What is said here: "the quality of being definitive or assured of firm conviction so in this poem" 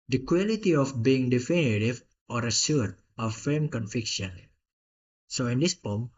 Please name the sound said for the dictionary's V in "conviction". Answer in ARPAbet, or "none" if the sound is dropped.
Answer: F